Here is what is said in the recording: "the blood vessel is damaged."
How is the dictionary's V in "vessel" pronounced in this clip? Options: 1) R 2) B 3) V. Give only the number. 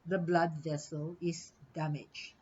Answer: 3